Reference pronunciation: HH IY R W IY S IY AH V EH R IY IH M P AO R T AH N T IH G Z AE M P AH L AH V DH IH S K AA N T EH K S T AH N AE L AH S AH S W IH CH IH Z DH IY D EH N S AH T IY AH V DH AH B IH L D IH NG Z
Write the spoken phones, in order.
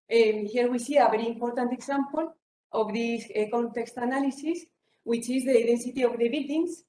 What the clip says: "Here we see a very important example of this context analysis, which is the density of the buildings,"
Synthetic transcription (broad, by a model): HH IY R W IY S IY AH B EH R IY M P AO R T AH N T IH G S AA M P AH L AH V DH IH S K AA N T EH K S T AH N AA L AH S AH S W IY CH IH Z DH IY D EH N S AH T IY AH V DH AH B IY L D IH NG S